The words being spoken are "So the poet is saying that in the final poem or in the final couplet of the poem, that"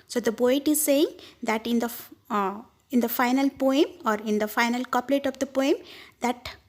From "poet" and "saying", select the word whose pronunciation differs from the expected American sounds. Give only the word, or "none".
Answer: poet